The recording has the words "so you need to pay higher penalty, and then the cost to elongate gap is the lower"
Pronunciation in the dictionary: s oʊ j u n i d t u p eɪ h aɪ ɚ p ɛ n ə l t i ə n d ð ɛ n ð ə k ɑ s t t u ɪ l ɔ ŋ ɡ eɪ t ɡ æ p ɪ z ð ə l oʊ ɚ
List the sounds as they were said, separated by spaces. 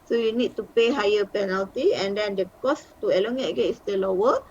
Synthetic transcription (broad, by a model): s oʊ j u n i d t u p eɪ h aɪ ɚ p ɛ n ə l t i ə n d ɛ n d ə k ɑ s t t u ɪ l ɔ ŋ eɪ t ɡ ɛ ɪ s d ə l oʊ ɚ